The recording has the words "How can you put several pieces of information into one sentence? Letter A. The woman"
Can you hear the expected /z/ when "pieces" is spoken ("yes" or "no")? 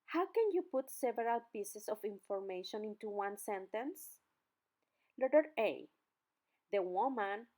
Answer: no